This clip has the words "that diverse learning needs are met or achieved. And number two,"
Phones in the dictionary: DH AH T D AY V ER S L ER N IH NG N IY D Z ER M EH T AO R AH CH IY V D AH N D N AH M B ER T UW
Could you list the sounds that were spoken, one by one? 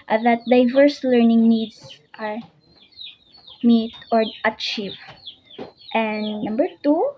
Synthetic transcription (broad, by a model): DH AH T D AY V ER S L ER N IH NG N IY D S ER M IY T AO R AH CH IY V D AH N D N AH M B ER T UW